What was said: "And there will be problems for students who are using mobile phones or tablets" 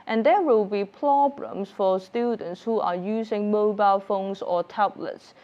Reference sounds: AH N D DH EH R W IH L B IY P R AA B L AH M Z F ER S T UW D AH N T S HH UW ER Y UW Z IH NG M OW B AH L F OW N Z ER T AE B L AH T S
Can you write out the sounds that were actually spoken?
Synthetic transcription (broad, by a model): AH N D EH W IH L B IY P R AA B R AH M S F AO S T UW D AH N T S HH UW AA Y UW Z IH NG M OW B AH L F OW N S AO T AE B L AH T S